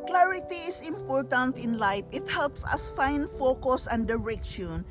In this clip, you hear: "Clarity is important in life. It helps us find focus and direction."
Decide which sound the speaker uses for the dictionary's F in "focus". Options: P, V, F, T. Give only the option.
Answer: F